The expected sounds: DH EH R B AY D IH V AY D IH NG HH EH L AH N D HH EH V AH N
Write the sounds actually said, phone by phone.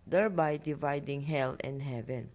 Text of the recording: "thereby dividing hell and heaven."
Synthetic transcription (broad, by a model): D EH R B AY D IH V AY D IH NG HH EH L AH N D HH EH V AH N